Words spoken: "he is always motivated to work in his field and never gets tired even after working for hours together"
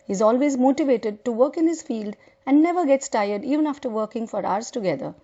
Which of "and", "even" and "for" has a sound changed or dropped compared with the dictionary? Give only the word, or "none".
none